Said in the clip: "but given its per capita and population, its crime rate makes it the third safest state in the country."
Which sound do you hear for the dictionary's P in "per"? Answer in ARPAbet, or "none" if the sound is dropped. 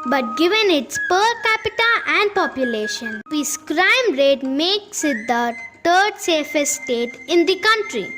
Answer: P